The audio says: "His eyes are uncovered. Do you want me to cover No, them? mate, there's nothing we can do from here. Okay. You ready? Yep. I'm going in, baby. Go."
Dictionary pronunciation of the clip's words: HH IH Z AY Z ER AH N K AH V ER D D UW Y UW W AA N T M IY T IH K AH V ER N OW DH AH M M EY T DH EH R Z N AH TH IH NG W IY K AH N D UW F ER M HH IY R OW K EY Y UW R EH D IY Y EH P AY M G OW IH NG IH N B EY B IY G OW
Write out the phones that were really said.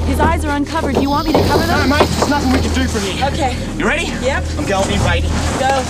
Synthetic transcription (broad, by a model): HH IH Z AY Z ER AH N K AH V ER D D Y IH W AA N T M IY T IH K AH V ER DH AH M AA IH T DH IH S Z N AH TH IH NG W IY K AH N D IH F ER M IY OW K EY Y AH R EH D IY Y EH P AY M G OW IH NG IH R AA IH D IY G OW